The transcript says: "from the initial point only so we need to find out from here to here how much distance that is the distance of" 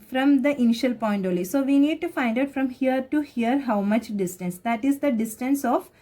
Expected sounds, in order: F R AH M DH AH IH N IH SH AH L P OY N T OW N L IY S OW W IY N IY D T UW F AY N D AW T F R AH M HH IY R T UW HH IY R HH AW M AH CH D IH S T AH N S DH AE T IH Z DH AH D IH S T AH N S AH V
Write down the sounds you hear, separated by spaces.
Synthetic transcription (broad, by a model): F R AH M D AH IH N IH SH AH L P OY N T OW L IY S OW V IY N IY D T UW F AY N D AW T F R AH M HH IY R T UW HH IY R HH AW M AH CH D IH S T AH N S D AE T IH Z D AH D IH S T AH N S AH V